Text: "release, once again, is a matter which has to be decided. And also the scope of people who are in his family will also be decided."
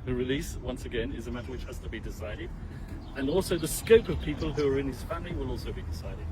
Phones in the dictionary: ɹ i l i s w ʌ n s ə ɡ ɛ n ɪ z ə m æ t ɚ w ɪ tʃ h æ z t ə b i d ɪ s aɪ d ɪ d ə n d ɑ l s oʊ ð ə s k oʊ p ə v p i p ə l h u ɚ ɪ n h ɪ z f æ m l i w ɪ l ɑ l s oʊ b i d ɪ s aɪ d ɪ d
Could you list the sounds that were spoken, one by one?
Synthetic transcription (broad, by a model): ɹ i l i s w ʌ n s ə ɡ ɛ n ɪ z ə m æ t ɚ w ɪ tʃ h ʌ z t ə b i d ɪ s aɪ d ɪ d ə n ɑ l s oʊ ð ə s k oʊ p ə v p i p ə l h u ɚ ɪ n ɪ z f æ m l i w ɪ l ɑ l s oʊ b i d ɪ s aɪ d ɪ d